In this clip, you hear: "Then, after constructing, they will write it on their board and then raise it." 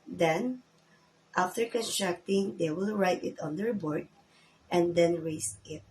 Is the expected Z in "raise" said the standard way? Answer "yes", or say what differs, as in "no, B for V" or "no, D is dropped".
no, S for Z